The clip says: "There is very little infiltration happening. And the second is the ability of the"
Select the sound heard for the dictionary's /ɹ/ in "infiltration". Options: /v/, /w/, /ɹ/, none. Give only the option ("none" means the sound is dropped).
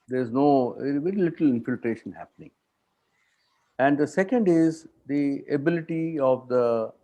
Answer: /ɹ/